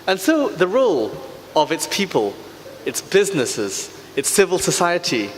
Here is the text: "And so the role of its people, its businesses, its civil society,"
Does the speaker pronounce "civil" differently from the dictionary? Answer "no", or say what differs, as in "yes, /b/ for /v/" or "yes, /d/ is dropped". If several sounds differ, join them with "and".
no